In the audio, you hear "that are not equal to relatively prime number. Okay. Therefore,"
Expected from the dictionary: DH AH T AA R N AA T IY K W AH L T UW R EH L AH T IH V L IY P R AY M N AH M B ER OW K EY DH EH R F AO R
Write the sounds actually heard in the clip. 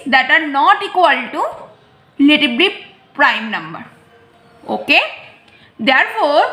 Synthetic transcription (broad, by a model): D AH T AA R N AA T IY K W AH L T UW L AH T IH B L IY P R AY M N AH M B ER OW K EY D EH R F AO R